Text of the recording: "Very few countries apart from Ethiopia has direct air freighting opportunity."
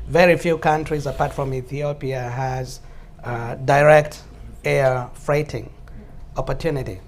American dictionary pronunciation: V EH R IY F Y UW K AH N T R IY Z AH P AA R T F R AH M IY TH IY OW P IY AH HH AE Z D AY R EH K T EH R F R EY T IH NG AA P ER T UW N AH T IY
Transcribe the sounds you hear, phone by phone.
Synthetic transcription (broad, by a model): V EH R IY F Y UW K AH N T R IY Z AH P AA R T F R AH M IY TH IY OW P IY AH HH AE Z D AY R EH K T EH R F R EY T IH NG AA P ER T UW N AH T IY